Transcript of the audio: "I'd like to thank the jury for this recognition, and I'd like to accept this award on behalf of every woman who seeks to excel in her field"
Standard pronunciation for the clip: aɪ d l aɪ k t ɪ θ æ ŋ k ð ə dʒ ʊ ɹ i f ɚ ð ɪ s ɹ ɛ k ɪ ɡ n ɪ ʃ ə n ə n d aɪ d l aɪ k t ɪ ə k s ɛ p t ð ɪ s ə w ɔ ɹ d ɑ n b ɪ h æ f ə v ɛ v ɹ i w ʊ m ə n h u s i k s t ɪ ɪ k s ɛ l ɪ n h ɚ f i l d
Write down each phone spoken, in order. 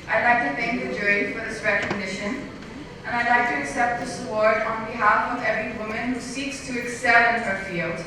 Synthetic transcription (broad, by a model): aɪ d l aɪ k t ɪ θ æ ŋ k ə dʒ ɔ i f ɚ ð ɪ s ɹ ɛ k ɪ ɡ n ɪ ʃ ə n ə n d aɪ d l aɪ k t ɪ ə k s ɛ p t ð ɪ s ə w ɔ ɹ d n b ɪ h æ f ə v ɛ v ɹ i w ʊ m ə n h u s i k s t ɪ ɪ k s ɛ l ɪ n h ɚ f i l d